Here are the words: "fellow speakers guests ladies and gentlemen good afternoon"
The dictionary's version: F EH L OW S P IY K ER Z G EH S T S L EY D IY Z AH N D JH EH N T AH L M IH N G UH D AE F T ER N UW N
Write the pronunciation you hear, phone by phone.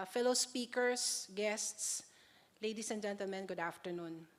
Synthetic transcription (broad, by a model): F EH L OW S P IY K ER S G EH S T S L EY D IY S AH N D JH EH N T AH L M IH N G UH D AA F T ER N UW N